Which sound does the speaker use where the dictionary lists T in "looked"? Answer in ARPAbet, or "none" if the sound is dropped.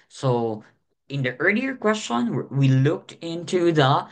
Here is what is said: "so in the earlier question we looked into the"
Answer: T